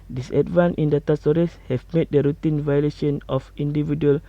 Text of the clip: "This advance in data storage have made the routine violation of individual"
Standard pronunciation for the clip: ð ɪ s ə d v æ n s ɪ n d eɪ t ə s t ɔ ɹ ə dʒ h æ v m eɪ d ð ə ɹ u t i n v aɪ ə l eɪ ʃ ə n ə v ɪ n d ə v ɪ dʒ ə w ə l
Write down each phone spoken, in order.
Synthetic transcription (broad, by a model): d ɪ s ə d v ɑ n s ɪ n d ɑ t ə s t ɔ ɹ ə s h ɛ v m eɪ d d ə ɹ u t i n v aɪ ə l eɪ ʃ ə n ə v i n d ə v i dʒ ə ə l